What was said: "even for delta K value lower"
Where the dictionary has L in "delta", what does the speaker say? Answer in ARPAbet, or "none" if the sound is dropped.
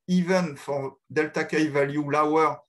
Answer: L